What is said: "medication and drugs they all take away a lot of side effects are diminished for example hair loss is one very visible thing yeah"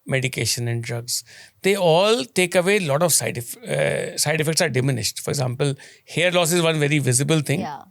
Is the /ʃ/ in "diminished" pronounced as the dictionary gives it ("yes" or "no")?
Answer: yes